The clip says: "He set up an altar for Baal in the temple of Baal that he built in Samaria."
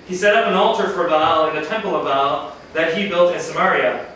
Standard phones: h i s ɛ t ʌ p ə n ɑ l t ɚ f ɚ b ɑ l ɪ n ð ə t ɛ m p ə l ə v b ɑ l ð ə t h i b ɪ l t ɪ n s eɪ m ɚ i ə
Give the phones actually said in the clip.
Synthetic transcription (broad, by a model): h i s ɛ t ʌ p ə n ɑ l t ɚ f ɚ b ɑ l ɪ n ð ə t ɛ m p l ə v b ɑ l ð ə t h i b ɪ l t ɪ n s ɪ m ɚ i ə